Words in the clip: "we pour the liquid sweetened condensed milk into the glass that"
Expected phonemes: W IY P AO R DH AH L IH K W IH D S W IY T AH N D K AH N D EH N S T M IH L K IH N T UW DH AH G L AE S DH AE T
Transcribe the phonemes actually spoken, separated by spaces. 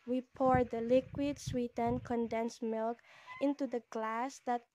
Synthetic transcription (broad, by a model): W IY P AO R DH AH L IH K W IH D S W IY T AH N K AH N D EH N S M IH L K IH N T UW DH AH G L AE S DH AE T